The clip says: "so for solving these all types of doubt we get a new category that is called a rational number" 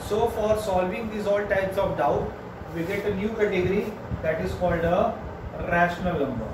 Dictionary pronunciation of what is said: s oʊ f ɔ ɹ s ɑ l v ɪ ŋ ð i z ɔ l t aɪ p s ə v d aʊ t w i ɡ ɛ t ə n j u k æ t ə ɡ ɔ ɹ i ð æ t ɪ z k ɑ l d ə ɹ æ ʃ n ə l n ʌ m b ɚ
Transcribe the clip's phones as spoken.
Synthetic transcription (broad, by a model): s oʊ f ɔ ɹ s ɑ l v ɪ ŋ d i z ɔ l t aɪ p s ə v d aʊ t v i ɡ ɛ t ə n j u k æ t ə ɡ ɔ ɹ i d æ t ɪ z k ɑ l d ə ɹ æ ʃ n ə l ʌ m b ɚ